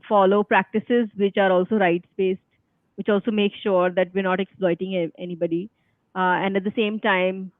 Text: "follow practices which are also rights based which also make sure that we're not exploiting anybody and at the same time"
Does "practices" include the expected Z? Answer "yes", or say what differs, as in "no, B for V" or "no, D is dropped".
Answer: yes